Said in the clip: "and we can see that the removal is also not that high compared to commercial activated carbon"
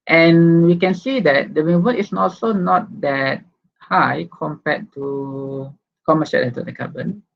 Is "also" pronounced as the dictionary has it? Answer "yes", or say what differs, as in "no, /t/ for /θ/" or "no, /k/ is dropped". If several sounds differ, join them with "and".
yes